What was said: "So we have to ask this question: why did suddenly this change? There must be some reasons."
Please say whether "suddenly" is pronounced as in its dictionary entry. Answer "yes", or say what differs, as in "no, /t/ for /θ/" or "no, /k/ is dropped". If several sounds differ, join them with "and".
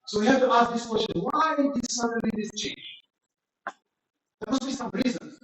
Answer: no, /l/ is dropped